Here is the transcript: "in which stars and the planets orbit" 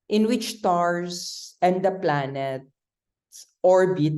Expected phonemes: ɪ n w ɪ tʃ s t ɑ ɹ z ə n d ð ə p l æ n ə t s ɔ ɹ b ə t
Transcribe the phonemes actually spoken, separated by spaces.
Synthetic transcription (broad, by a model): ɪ n w ɪ tʃ t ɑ ɹ s ə n d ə p l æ n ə t s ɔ ɹ b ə t